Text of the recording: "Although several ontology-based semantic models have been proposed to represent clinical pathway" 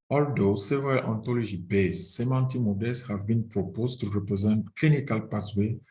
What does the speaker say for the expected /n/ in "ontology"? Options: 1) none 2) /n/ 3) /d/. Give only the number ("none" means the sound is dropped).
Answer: 2